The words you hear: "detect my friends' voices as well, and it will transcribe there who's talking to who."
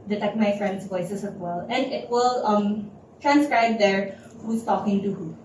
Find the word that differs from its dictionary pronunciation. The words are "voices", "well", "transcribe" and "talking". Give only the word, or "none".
voices